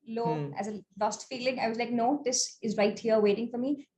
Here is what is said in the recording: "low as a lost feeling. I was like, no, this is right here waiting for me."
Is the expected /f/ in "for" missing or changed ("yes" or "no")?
no